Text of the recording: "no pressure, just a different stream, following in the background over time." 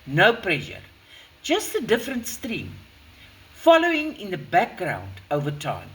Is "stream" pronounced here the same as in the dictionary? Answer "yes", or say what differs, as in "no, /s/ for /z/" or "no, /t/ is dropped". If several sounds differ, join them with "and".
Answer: yes